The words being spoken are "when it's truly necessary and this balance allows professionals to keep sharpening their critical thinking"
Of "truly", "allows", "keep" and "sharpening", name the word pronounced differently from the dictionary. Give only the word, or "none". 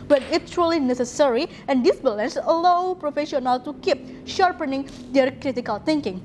allows